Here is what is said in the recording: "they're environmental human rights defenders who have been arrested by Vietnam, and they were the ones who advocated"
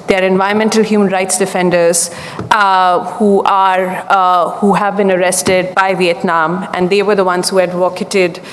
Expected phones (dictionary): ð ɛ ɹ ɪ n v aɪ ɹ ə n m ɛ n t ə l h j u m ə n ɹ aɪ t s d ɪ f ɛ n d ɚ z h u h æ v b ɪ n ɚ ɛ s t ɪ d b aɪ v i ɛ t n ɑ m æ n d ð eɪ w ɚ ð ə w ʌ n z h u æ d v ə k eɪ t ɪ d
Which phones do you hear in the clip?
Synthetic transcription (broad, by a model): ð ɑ ɹ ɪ n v aɪ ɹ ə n m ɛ n t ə l h j u m ə n ɹ aɪ t s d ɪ f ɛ n d ɚ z h u h æ v b ɪ n ɚ ɛ s t ɪ d b aɪ v i ɛ t n ɑ m æ n d eɪ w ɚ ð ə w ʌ n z h u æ d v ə k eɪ t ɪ d